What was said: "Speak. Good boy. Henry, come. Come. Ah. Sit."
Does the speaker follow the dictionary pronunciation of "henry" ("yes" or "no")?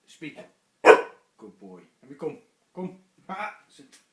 no